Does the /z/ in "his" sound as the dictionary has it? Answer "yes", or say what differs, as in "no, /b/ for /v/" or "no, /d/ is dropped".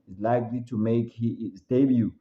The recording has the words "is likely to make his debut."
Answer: no, /s/ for /z/